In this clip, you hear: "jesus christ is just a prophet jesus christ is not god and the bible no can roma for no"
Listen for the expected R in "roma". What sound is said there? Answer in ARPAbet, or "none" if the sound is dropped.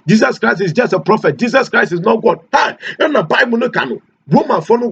W